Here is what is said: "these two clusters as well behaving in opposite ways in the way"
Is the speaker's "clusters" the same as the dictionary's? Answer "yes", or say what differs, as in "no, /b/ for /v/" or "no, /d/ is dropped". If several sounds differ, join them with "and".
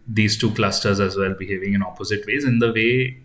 yes